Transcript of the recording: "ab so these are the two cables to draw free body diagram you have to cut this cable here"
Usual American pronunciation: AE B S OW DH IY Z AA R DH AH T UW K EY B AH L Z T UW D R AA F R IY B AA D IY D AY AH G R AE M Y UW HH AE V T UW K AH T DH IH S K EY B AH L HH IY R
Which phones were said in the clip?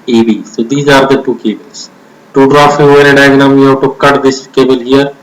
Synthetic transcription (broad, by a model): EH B S OW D IY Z AA R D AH T UW K EY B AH L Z T UW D R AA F IY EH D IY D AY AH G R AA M Y UW HH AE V T UW K AH T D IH S K EY B AH L HH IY R